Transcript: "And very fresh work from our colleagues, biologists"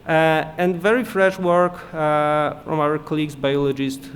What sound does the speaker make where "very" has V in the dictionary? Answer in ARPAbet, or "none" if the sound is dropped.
V